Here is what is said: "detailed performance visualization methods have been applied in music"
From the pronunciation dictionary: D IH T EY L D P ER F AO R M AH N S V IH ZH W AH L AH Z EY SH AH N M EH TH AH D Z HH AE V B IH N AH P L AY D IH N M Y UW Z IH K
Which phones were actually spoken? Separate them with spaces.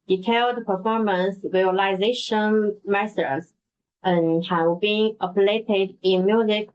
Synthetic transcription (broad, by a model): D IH T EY L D P ER F AO R M AH N S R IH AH L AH Z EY SH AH N M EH S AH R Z HH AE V B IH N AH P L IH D IH N M Y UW Z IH K